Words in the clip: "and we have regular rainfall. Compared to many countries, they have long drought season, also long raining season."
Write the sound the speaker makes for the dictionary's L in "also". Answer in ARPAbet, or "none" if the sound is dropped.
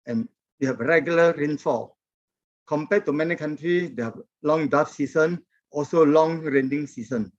L